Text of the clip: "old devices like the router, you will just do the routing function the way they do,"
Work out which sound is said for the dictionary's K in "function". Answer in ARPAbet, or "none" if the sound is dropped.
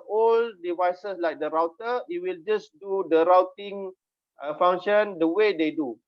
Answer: none